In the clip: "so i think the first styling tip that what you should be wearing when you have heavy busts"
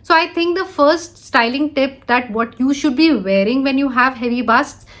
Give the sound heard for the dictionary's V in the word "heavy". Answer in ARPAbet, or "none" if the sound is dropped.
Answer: V